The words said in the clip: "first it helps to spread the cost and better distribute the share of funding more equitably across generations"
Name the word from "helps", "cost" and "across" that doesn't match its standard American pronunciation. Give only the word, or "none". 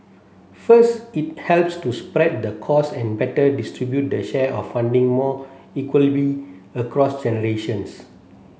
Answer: cost